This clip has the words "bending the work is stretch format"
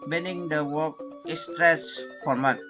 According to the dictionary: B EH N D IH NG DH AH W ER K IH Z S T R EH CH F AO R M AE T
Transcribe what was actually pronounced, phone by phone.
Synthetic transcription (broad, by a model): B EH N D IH NG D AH W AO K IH S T R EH S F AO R M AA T